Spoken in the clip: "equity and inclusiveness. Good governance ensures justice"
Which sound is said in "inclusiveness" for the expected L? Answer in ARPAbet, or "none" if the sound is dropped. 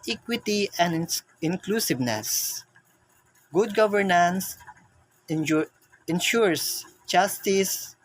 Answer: L